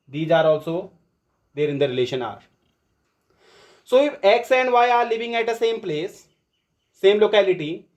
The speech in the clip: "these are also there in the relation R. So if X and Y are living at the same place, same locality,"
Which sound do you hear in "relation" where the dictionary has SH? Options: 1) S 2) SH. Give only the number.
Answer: 2